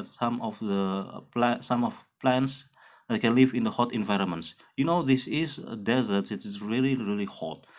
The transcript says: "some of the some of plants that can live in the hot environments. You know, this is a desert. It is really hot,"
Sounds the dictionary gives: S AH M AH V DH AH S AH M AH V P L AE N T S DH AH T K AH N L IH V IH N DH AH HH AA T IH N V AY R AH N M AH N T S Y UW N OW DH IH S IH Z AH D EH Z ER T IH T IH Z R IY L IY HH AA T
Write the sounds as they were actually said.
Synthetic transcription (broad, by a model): S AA M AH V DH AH S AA M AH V P L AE N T S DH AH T K AH N L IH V IH N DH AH HH AA T IH N V AY R AH N M AH N T S Y UW N OW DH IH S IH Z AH D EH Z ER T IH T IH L R IY L IY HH AA T